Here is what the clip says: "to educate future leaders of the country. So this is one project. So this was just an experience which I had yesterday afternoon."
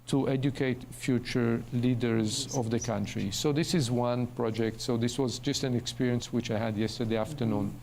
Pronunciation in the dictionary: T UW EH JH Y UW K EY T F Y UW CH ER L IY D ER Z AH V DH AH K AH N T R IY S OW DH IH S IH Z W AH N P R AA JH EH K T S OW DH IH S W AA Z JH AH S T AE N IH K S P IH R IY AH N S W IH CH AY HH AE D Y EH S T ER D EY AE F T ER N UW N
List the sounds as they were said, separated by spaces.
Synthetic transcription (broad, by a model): T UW EH JH Y UW K EY T F Y UW CH ER L IY D ER Z AH V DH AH K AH N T R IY S OW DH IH S IH Z W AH N P R AA JH EH K T S OW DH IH S W AA Z JH AH S T AE N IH K S P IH R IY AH N S W IH CH AY HH AE D Y EH S T ER D EY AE F T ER N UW N